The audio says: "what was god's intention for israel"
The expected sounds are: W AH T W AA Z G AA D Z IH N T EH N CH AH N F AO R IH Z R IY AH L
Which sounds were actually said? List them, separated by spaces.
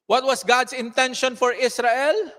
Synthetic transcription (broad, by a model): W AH T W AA S G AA D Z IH N T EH N SH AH N F AO R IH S R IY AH L